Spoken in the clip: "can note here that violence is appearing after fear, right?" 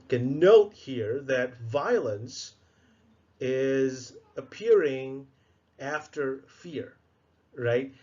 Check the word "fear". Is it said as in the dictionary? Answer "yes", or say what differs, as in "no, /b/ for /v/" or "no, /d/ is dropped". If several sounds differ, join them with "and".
yes